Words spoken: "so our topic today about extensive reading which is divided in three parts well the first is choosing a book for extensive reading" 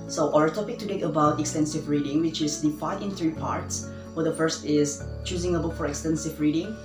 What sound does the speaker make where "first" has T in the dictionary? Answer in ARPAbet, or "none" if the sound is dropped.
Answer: T